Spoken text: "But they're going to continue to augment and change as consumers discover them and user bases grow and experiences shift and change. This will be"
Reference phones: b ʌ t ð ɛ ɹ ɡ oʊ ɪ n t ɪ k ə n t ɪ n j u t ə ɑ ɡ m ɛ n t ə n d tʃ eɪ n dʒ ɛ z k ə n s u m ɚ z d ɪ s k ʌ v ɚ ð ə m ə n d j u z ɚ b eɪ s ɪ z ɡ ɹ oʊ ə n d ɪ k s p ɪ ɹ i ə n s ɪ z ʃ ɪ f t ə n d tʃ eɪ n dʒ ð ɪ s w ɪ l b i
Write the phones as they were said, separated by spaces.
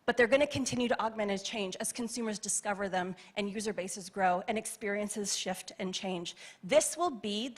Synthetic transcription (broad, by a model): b ʌ t ð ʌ ɹ ɡ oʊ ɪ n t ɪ k ə n t ɪ n j u t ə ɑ ɡ m ɛ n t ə tʃ eɪ n dʒ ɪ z k n s u m ɚ z d ɪ s k ʌ v ɚ ð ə m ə n j u z ɚ b eɪ s ɪ z ɡ ɹ oʊ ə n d ɪ k s p ɪ ɹ i ə n s ɪ z ʃ ɪ f t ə n tʃ eɪ n dʒ ð ɪ s w ɪ l b i